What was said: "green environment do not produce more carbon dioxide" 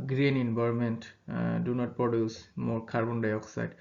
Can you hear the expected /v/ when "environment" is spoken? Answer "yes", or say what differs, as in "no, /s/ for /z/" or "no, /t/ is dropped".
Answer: no, /b/ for /v/